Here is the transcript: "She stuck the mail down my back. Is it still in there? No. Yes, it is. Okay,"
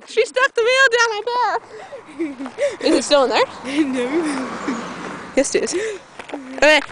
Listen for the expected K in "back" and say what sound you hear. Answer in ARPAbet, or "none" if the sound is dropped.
none